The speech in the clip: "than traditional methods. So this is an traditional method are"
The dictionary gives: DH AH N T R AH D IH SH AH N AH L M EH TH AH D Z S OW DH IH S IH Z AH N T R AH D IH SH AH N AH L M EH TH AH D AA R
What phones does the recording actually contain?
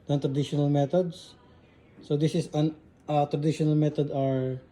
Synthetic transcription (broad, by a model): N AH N T R AH D IH SH AH N AH L M EH T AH D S S OW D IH S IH S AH N T R AH D IH SH AH N AH L M EH T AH D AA R